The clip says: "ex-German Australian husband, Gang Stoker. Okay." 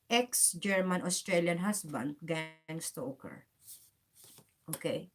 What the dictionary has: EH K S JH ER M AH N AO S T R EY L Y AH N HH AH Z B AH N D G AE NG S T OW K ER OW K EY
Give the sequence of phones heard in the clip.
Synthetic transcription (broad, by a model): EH K S JH ER M AH N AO S T R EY L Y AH N HH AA S B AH N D G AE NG S T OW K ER OW K EY